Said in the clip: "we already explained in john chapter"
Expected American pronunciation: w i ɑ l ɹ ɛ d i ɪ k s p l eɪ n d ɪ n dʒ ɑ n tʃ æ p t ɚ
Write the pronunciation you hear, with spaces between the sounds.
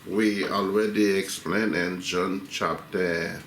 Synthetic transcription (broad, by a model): w i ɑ l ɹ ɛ d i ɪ k s p l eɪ n ɪ n dʒ ɑ n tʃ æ p t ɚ